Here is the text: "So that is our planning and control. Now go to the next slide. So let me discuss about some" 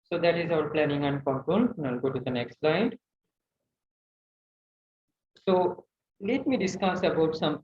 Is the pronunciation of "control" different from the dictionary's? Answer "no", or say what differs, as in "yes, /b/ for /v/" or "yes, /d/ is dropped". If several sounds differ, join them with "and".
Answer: yes, /n/ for /l/